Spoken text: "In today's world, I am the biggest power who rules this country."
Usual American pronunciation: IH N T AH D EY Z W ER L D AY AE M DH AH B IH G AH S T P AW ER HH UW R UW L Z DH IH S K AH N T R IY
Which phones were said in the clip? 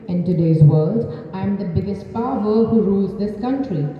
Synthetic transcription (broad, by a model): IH N T AH D EY Z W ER L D AY M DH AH B IH G AH S T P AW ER HH UW R UW L Z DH IH S K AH N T R IY